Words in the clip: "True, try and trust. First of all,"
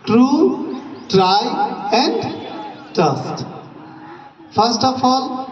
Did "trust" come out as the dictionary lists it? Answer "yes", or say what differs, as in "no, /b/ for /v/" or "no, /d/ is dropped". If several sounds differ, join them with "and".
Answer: no, /ɹ/ is dropped